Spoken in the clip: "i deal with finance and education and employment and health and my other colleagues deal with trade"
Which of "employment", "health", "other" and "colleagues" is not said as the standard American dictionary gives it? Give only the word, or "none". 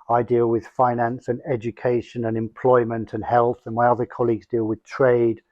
none